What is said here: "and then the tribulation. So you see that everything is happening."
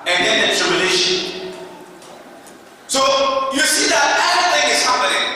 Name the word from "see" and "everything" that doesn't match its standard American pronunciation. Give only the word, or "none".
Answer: everything